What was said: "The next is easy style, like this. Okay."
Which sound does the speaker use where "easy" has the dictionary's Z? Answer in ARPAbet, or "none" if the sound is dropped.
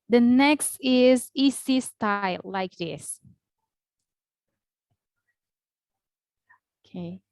S